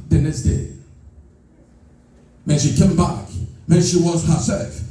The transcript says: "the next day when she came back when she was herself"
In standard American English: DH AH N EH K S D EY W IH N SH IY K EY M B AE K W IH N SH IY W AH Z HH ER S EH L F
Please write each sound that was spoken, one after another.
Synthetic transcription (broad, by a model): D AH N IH S D EY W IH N SH IY K EY M B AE K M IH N SH IY W AH Z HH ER S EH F